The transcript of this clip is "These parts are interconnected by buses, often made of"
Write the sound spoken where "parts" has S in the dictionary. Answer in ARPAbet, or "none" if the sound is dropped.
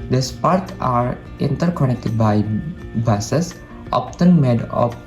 none